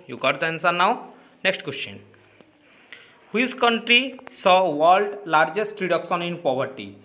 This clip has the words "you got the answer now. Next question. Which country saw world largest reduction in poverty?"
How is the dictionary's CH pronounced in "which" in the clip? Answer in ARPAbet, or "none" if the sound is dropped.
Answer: S